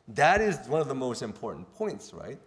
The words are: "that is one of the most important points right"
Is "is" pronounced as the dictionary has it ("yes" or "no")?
yes